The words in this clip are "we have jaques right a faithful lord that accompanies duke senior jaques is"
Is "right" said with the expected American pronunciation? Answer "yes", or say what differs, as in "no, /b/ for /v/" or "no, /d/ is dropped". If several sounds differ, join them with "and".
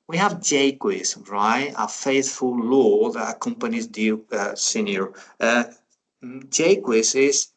yes